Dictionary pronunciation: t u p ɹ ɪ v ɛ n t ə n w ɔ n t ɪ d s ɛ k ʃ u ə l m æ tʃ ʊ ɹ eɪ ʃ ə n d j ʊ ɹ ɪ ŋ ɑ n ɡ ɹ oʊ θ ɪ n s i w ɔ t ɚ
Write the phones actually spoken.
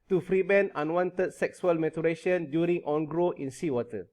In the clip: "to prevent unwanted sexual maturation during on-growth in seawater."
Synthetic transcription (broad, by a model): t u f ɹ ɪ b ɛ n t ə n w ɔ n t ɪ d s ɛ k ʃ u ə l m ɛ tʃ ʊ ɹ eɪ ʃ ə n d j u ɹ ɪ ŋ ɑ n ɡ ɹ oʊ ɪ n s i w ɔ t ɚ